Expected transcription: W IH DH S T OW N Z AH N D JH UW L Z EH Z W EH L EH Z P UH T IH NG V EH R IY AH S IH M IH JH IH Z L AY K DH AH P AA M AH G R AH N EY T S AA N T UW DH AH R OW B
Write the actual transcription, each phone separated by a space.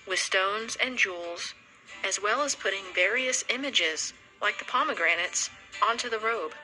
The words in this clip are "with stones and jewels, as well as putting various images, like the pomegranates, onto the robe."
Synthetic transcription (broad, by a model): W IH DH S T OW N Z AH N JH UW L Z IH Z W EH L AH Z P UH T IH NG V EH R IY AH S IH M IH JH IH Z L AY K DH AH P AA M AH G R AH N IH T S AA N T UW DH AH R OW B